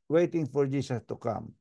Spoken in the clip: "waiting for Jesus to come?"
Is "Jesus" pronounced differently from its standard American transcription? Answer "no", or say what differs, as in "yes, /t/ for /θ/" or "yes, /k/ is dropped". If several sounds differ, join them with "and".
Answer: yes, /s/ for /z/